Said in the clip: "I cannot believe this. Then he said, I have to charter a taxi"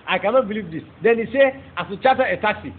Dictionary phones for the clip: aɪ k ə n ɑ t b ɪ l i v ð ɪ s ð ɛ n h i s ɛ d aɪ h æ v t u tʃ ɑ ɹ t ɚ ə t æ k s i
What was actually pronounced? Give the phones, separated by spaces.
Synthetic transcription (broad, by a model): aɪ k ə n ɑ t b ɪ l i v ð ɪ s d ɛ n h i s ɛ aɪ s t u tʃ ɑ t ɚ ə t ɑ k s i